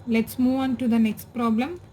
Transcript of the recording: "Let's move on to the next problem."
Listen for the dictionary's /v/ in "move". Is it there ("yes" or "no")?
yes